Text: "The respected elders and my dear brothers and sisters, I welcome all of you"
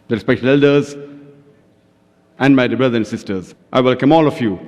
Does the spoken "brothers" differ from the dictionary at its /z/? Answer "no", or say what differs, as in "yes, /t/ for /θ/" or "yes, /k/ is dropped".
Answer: yes, /z/ is dropped